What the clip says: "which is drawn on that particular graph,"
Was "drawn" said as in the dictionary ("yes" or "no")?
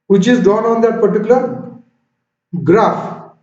no